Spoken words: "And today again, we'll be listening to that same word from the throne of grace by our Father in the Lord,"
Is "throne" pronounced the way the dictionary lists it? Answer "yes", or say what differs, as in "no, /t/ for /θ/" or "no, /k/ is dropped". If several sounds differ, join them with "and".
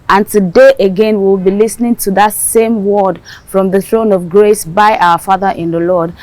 yes